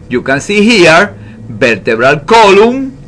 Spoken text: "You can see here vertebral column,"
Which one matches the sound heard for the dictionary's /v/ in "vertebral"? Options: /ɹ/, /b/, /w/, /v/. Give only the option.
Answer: /b/